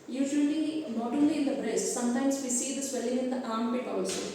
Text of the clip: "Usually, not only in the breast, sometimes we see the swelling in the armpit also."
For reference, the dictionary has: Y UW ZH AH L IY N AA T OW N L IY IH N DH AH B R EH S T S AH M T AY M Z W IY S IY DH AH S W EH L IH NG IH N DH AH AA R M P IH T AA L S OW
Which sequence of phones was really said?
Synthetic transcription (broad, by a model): Y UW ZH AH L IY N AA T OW L IY IH N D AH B R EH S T S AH M T AY M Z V IY S IY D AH S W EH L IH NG IH N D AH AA R M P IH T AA L S OW